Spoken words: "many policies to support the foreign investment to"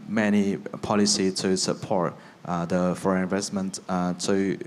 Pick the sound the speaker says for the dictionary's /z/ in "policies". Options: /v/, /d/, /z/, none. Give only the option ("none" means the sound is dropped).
none